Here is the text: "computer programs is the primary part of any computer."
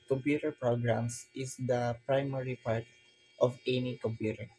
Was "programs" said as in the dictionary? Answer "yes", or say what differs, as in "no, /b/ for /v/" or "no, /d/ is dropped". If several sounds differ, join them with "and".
no, /s/ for /z/